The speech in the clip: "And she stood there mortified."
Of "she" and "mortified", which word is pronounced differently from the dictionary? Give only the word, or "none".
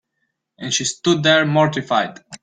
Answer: none